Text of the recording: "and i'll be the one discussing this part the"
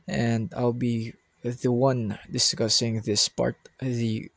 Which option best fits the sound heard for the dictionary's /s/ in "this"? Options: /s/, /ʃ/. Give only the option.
/s/